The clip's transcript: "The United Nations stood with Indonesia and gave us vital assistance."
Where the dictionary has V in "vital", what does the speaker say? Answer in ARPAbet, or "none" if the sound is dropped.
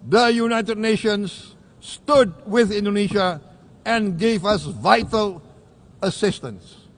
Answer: V